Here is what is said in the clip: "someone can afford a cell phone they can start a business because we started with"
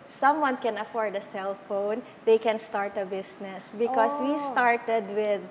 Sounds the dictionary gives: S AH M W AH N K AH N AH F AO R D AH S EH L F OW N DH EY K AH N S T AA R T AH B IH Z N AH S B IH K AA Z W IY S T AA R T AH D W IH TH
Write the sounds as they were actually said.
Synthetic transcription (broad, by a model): S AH M W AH N K AH N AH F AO R D AH S EH L F OW N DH EY K AH N S T AA R T AH B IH S N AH S B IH K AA S W IY S T AA R T AH D W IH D